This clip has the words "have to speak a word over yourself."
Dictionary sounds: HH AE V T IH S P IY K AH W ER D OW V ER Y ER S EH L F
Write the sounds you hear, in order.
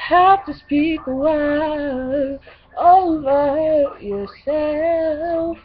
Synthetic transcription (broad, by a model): HH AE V T IH S P IY K AH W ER OW V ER Y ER S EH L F